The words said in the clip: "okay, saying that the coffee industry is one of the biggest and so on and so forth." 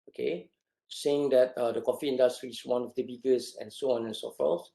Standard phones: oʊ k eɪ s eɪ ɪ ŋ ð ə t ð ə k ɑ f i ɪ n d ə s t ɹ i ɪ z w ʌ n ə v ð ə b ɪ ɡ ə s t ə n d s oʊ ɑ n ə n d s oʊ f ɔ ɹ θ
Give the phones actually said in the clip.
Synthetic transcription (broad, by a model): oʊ k eɪ s eɪ ɪ ŋ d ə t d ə k ɑ f i ɪ n d ə s t ɹ i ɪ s w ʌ n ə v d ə b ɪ ɡ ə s ə n s oʊ ɑ n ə n s oʊ f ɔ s